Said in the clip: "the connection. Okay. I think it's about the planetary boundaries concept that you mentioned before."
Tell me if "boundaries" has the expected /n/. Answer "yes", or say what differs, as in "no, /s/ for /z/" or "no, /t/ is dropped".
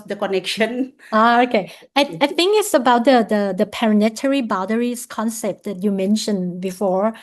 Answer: no, /n/ is dropped